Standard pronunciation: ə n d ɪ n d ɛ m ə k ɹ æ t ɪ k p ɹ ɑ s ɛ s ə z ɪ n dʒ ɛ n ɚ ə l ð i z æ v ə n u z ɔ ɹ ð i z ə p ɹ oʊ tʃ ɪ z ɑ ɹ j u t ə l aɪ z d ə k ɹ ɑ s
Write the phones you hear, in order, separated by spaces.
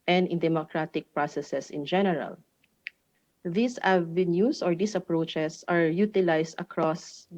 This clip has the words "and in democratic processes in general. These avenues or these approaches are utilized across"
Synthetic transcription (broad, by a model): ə n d ɪ n d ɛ m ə k ɹ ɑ t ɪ k p ɹ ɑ s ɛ s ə s ɪ n dʒ ɛ n ɚ ə l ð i s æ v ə n u s ɔ ɹ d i s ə p ɹ oʊ tʃ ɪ s ɑ ɹ j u t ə l aɪ s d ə k ɹ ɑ s